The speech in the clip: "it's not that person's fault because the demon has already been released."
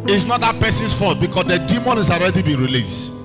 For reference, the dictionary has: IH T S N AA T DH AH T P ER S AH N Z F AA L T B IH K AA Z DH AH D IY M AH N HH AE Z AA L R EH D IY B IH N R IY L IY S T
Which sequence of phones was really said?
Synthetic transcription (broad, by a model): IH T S N AA T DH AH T P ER S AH N S F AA T B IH K AA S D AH D IY M AH N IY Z AA L R EH D IY B IH N R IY L IY S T